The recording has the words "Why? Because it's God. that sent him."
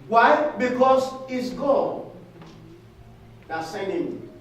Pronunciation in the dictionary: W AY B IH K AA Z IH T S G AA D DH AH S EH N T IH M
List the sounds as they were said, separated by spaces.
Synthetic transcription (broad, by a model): W AY B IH K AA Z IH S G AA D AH S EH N IH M